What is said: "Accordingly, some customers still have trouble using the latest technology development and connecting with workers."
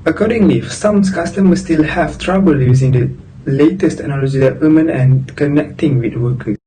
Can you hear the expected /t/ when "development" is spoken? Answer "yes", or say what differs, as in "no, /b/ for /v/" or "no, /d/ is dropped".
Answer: no, /t/ is dropped